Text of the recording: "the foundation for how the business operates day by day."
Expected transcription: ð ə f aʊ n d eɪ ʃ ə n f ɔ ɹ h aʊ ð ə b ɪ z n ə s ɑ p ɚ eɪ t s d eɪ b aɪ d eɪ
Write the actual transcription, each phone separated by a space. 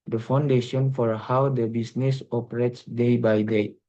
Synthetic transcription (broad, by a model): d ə f aʊ n d eɪ ʃ ə n f ɔ ɹ h aʊ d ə b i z n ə s ɑ p ɚ eɪ t s d eɪ b aɪ d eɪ